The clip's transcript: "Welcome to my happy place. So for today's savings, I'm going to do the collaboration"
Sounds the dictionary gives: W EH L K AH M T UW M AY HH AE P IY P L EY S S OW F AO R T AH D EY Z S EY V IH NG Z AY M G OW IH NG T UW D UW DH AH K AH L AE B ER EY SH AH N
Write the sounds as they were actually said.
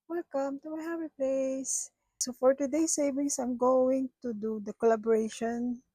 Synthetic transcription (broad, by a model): W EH L K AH M T UW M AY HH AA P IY P L EY S S OW F AO R T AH D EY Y S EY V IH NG S AY M G OW IH NG T UW D UW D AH K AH L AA B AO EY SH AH N